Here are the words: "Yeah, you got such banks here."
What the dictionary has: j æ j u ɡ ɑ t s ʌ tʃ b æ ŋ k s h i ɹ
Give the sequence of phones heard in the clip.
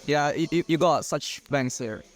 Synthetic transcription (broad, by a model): j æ j u ɡ ɑ t s ʌ tʃ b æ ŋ s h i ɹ